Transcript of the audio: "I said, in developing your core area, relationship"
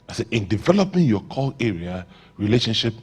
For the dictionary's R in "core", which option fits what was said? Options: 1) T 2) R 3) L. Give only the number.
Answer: 3